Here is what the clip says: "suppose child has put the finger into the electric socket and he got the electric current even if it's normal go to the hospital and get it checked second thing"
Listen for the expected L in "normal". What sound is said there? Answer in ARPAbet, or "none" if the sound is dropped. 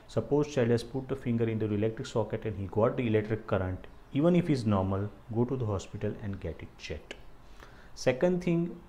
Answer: L